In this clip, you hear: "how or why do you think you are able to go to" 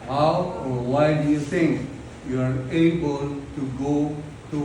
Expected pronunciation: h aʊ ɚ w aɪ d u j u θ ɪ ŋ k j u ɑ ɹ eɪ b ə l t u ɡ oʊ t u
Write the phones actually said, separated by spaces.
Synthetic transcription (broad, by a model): h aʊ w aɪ d u j u t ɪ ŋ k j u ɑ ɹ eɪ b ə l t u ɡ oʊ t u